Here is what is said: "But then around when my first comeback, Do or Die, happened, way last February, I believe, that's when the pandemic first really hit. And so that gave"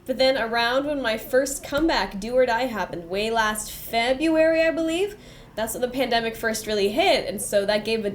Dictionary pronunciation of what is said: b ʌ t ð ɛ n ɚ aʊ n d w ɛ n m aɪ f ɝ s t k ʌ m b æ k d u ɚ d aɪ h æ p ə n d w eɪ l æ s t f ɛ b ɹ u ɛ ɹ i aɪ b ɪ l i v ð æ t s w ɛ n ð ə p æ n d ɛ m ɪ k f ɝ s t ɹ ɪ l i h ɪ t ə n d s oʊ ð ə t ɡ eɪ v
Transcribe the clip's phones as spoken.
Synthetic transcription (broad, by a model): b ʌ t ð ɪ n ɚ aʊ n d w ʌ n m aɪ f ɝ s t k ʌ m b æ k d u ɚ d aɪ h æ p ə n d w eɪ l æ s t f ɛ b ɹ u ɛ ɹ i aɪ b ɪ l i v ð æ t s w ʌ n ð ə p æ n d ɛ m ɪ k f ɝ s t ɹ ɪ l i h ɪ t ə n s oʊ ð ə t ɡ eɪ v